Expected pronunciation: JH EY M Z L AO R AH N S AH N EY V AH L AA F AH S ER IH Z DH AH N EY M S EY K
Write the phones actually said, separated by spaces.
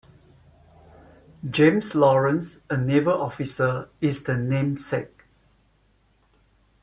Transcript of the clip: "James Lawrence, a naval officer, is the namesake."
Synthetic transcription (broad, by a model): JH EY M S L AO R AH N S AH N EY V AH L AA F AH S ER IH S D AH N EY M S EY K